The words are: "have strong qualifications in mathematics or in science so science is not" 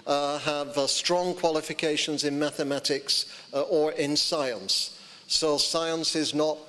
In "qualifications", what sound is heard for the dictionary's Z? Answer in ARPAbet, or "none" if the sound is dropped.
Z